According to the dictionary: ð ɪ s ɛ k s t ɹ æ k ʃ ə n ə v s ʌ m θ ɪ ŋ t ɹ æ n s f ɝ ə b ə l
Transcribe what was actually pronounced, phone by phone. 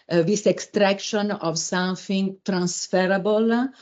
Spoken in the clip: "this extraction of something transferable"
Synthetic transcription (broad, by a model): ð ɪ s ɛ k s t ɹ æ k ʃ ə n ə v s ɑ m f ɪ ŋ t ɹ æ n s f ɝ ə b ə l